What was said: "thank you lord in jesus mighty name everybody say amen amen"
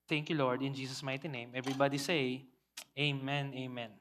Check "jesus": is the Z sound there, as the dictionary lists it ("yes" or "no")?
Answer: no